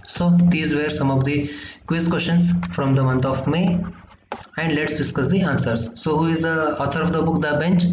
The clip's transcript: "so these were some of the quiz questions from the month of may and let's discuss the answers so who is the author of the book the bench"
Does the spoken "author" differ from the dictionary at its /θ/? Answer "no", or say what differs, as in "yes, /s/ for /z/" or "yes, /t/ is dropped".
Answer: yes, /t/ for /θ/